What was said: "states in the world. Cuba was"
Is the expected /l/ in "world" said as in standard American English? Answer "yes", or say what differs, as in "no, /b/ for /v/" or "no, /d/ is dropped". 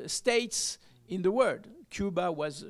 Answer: no, /l/ is dropped